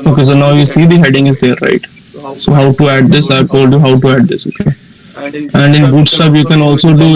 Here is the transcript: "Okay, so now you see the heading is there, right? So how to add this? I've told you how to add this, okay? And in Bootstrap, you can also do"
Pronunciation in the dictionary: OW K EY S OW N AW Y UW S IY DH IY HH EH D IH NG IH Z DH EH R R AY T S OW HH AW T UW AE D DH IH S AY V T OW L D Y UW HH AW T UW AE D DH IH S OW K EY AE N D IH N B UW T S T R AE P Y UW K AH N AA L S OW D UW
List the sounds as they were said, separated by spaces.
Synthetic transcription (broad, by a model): OW K EY S OW N AW Y UW S IY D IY HH EH D IH NG IH Z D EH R R AY T S OW HH AW T UW AE D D IH S AY V T OW L D Y UW HH AW T UW AE D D IH S OW K EY AE N D IH N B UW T S T AA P Y UW K AH N AA L S OW D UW